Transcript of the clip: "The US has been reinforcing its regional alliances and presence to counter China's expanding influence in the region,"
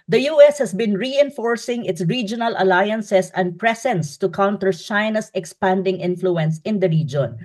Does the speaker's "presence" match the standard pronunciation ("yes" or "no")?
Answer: no